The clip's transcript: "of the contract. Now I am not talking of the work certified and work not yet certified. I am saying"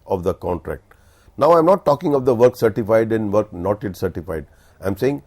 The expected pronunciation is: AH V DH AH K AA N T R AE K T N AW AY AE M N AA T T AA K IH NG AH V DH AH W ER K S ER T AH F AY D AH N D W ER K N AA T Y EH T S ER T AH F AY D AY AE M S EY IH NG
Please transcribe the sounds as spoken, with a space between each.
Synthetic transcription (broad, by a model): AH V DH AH K AA N T R AE K T N AW AY M N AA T T AA K IH NG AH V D AH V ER K S ER T AH F AY D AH N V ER K N AA T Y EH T S ER T AH F AY D AY M S EY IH NG